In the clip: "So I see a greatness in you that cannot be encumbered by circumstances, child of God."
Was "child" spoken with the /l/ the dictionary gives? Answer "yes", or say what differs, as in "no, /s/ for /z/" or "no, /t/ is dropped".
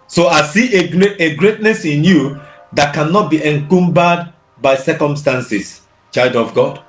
no, /l/ is dropped